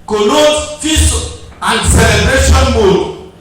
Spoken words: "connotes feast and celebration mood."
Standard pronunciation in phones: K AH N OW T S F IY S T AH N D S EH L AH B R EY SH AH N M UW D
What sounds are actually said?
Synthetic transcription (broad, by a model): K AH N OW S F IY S AH N D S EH L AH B R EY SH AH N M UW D